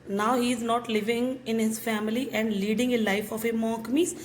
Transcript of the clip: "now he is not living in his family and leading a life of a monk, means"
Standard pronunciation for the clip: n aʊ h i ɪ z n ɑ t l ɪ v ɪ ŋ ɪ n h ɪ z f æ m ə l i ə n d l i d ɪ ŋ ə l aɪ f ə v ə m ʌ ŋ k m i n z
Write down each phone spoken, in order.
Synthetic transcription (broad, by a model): n aʊ h i ɪ z n ɑ t l ɪ v ɪ ŋ ɪ n h ɪ z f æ m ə l i ə n d l i d ɪ ŋ ə l aɪ f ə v ə m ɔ k m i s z